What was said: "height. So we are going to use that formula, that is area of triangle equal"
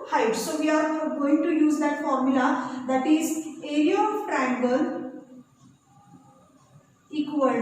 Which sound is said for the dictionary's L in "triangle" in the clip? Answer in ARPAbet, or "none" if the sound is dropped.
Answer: N